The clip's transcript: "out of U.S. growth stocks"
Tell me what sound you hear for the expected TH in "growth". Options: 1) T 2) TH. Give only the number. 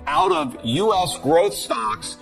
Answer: 2